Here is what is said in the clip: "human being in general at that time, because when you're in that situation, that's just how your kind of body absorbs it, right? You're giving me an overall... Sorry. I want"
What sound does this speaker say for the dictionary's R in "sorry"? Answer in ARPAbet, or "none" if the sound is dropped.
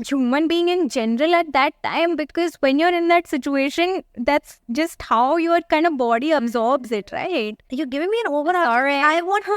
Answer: none